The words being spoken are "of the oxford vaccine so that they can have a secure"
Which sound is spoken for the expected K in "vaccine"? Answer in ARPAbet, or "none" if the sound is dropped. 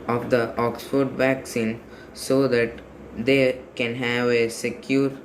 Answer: K